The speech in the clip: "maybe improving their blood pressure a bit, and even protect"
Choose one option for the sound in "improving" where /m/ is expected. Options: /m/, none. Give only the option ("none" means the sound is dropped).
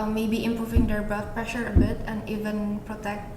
/m/